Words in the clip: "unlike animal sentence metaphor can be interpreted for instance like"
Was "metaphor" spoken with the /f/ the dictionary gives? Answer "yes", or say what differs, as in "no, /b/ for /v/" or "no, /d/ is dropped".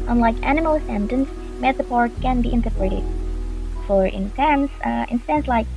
no, /p/ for /f/